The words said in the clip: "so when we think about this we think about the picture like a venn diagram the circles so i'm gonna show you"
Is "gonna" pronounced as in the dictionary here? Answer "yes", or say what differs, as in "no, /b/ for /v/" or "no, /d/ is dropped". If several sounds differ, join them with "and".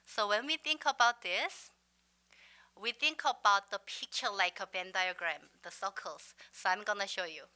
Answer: yes